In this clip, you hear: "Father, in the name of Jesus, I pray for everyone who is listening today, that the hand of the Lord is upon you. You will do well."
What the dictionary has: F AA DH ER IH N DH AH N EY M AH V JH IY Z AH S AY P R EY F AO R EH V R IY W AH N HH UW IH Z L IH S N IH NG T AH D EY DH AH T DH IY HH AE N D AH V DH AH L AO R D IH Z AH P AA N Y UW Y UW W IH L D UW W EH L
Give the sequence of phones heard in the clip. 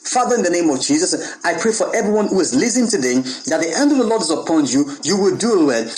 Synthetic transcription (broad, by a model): F AA DH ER IH N DH AH N EY M AH V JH IY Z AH S AY P R EY F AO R EH V R IY W AH N HH UW IH Z L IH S IH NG T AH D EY DH AH T DH IY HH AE N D AH V DH AH L AO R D IH Z AH P AA N Y UW Y UW W IH L D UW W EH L